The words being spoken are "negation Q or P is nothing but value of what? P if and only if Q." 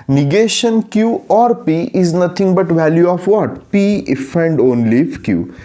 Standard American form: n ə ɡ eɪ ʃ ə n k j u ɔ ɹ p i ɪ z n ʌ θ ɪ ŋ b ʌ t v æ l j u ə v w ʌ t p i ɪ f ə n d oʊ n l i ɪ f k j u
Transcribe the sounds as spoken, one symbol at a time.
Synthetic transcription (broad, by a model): n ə ɡ eɪ ʃ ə n k j u ɔ ɹ p i ɪ z n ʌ t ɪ ŋ b ʌ t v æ l j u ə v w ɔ t p i ɪ f ə n d oʊ n l i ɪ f k j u